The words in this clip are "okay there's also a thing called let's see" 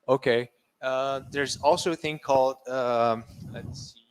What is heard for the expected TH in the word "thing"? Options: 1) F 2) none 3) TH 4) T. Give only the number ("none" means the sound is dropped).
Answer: 3